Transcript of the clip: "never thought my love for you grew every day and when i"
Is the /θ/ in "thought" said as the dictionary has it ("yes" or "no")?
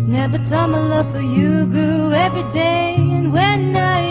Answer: no